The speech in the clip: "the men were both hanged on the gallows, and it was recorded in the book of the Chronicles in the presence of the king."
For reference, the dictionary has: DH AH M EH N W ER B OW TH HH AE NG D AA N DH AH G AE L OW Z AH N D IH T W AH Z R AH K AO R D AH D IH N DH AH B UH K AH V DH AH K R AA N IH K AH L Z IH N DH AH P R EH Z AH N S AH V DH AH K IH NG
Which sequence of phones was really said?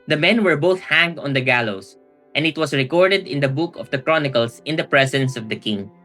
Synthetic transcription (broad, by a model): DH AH M EH N W ER B OW TH HH AE NG D AA N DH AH G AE L OW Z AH N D IH T W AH S R AH K AO R D AH D IH N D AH B UH K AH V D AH K R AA N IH K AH L S IH N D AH P R EH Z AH N S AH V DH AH K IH NG